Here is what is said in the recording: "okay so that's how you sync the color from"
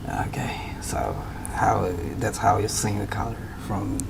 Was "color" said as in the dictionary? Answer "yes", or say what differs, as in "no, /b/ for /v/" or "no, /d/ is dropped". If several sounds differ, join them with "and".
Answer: no, /n/ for /l/